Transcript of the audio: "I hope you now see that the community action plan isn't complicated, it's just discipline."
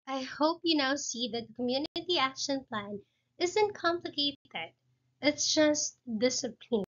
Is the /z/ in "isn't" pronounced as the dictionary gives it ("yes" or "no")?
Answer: yes